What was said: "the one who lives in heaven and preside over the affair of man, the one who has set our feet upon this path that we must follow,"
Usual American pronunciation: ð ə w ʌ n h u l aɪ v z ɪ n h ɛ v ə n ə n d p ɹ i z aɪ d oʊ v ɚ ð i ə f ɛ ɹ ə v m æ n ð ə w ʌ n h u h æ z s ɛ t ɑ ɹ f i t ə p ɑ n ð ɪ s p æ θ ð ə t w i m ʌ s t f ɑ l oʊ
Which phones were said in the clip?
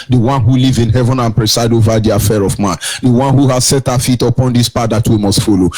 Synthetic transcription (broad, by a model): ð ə w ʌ n h u l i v ɪ n h ɛ v ə n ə n p ɹ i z aɪ d oʊ v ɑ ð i ə f ɛ ɹ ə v m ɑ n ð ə w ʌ n h u h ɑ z s ɛ t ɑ f i t ə p ɑ n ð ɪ s p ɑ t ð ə t w i m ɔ s t f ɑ l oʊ